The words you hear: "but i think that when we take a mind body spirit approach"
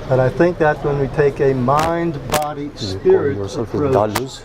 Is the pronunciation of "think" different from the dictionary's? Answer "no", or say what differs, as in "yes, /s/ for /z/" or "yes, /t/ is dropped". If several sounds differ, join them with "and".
no